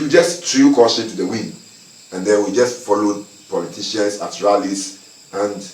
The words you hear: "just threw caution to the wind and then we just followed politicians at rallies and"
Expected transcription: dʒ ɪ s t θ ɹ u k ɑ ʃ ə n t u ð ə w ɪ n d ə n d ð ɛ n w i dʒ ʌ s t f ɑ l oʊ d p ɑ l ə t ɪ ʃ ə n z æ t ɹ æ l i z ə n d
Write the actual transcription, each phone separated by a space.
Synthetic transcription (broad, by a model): dʒ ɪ s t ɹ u k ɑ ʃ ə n t u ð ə w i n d ə n d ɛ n w i dʒ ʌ s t f ɑ l oʊ d p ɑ l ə t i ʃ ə n s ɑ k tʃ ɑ l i s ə n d